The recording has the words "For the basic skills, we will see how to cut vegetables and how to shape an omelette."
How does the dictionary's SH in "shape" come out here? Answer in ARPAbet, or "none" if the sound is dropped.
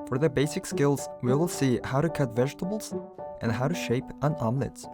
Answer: SH